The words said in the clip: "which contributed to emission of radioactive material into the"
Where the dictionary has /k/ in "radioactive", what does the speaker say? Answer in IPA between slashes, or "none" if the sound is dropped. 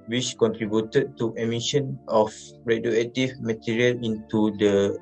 none